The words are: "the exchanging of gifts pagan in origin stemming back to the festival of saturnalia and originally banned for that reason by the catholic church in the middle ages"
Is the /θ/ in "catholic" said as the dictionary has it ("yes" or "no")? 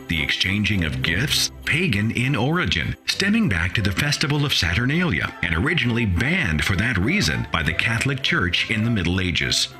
yes